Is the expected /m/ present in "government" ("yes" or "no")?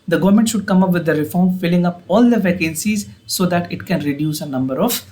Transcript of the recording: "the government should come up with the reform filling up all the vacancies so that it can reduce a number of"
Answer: yes